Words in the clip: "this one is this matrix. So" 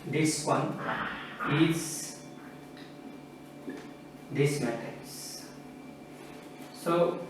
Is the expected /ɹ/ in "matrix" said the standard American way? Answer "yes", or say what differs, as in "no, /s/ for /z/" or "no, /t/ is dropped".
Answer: no, /ɹ/ is dropped